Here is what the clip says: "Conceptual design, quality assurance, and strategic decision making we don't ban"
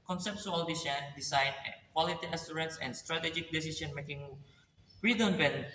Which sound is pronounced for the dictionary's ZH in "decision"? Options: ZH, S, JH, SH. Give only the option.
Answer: S